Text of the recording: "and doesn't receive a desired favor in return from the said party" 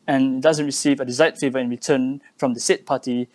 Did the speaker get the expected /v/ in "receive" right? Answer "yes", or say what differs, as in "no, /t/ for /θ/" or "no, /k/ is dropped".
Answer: yes